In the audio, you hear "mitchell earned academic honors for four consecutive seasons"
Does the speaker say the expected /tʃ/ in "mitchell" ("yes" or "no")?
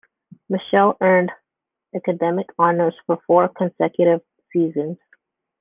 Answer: no